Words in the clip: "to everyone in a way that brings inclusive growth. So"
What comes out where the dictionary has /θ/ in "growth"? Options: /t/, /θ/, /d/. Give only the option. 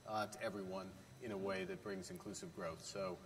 /θ/